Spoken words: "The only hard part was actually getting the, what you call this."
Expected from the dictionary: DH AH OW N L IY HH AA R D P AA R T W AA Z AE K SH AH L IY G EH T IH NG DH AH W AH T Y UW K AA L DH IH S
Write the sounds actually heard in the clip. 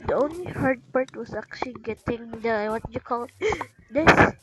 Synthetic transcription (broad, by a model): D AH OW N L IY HH AA R D P AA R T W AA S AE K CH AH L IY G EH T IH NG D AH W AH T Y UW K AA L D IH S